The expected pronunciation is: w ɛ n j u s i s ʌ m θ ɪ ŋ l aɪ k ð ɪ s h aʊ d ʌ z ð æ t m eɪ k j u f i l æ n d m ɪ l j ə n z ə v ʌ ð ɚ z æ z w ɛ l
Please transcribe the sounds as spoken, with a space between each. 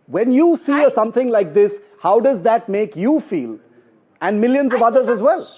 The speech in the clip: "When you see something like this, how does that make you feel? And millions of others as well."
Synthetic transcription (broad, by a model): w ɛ n j u s i s ʌ m t ɪ ŋ l aɪ k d ɪ s h aʊ d ʌ z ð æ t m eɪ k j u f i l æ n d m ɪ l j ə n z ə v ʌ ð ɚ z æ z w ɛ l